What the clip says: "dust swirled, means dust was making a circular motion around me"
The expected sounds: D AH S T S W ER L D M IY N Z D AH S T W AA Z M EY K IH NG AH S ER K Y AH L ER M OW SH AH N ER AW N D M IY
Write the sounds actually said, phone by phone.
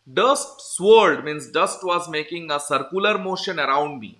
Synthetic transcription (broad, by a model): D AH S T S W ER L D M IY N S D AH S T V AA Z M EY K IH NG AH S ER K Y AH L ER M OW SH AH N ER AW N D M IY